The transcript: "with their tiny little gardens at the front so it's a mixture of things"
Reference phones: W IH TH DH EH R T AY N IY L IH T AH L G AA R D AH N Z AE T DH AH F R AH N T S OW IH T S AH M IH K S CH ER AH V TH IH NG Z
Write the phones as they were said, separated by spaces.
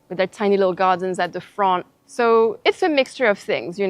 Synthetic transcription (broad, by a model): W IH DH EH R T AY N IY L IH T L G AA R D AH N Z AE T DH AH F R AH N T S OW IH T S AH M IH K S CH ER AH V TH IH NG Z